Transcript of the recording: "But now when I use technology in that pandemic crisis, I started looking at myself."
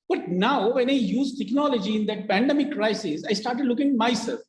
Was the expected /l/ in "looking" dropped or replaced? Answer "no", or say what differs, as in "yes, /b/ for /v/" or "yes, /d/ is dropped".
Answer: no